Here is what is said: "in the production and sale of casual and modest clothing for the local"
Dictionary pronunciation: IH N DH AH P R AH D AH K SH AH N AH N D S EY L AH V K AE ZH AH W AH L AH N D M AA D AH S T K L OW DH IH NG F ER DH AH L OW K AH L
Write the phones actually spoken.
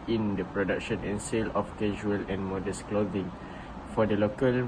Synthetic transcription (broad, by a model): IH N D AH P R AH D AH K SH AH N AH N S EY L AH F K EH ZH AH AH L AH N M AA D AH S K L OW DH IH NG F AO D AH L OW K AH L